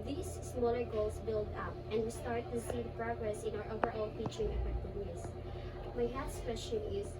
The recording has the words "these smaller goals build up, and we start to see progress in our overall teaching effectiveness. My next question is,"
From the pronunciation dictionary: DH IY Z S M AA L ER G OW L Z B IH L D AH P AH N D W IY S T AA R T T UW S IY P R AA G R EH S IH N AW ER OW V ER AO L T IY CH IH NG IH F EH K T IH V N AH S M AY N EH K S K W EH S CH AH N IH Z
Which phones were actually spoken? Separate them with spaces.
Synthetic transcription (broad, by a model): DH IY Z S M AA L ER G OW L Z B IH L D AH P AH N D W IY S T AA R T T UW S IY P R AA G R EH S IH N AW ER OW V ER AO L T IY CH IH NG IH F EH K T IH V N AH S M AY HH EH S K W EH S CH AH N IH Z